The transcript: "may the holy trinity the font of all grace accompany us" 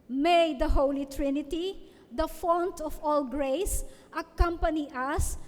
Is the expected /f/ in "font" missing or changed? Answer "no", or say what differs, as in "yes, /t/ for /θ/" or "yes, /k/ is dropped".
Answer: no